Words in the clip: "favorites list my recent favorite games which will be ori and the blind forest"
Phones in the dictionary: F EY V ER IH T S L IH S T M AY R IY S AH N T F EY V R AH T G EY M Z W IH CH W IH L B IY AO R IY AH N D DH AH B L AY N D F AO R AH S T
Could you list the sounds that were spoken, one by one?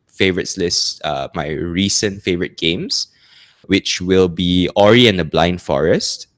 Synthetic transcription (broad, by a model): F EY V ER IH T S L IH S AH M AY R IY S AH N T F EY V R AH T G EY M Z W IH CH W IH L B IY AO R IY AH N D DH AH B L AY N D F AO R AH S T